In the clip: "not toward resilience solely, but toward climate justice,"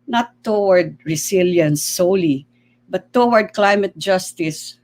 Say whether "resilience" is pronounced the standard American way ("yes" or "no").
no